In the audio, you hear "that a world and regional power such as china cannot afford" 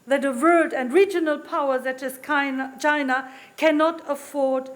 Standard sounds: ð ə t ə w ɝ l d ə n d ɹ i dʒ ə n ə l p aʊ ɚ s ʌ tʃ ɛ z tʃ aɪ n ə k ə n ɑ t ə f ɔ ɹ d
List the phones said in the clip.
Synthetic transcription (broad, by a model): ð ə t ə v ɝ d ə n d ɹ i dʒ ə n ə l p aʊ ɚ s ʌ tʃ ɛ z tʃ aɪ n ə k ə n ɑ t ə f ɔ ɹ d